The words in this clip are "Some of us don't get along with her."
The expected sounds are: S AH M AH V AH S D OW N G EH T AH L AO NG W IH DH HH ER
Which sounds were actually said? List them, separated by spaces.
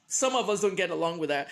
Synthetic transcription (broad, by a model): S AH M AH V AH S D OW N G EH T AH L AO NG W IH DH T